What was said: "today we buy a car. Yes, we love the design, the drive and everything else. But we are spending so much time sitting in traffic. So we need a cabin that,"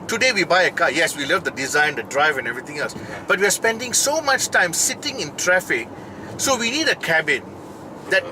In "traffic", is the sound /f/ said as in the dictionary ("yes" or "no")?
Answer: yes